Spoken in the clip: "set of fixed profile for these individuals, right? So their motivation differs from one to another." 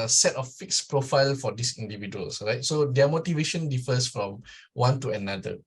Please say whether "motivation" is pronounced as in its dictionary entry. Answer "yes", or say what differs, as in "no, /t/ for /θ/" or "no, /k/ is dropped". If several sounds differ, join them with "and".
yes